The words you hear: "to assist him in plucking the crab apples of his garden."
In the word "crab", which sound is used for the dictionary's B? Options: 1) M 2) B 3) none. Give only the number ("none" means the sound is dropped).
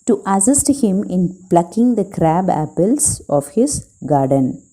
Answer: 2